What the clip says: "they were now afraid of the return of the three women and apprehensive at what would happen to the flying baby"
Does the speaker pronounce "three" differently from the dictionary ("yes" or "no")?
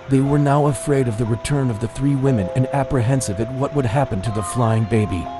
no